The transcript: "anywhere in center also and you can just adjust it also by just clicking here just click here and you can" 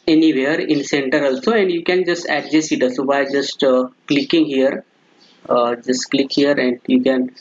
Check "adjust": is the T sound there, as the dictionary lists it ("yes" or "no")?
no